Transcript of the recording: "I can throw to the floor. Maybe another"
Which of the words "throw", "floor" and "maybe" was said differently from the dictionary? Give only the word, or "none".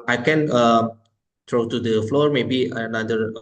throw